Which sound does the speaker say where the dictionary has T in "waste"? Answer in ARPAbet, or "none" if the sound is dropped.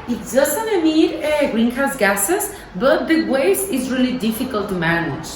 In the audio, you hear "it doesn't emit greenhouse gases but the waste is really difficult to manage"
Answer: none